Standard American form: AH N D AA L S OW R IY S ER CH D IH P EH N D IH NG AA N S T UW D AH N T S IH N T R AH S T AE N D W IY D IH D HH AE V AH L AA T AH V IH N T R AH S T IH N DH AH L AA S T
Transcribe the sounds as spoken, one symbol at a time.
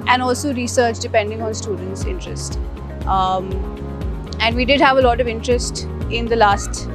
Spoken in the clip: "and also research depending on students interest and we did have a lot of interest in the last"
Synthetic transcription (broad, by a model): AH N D AA L S OW R IY S ER CH D IH P EH N D IH NG AA N S T UW D AH N T S IH N T R AH S T AE N D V IY D IH D HH AE V AH L AA T AH V IH N T R AH S T IH N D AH L AA S T